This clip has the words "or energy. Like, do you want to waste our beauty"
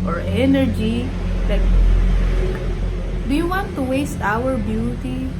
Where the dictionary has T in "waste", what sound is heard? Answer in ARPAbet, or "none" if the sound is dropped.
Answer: T